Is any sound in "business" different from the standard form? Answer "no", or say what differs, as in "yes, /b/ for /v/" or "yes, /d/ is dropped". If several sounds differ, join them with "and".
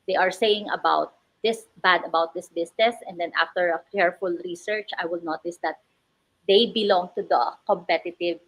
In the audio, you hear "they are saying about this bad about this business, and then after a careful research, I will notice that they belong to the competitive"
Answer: yes, /s/ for /z/